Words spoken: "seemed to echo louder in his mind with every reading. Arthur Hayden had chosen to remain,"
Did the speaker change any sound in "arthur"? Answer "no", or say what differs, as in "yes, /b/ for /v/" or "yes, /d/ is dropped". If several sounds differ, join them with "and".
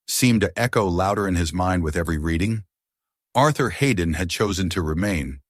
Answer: no